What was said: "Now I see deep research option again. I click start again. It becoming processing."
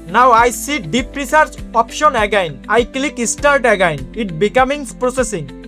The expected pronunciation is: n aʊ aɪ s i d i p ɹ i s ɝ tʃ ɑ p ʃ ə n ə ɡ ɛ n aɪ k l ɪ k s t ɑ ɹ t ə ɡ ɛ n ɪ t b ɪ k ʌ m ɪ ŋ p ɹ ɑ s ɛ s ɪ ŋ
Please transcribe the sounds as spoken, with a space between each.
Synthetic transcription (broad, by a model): n aʊ aɪ s i d i p ɹ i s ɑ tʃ ɑ p ʃ ə n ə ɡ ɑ n aɪ k l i k s t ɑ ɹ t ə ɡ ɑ n ɪ t b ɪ k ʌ m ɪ ŋ p ɹ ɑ s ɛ s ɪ ŋ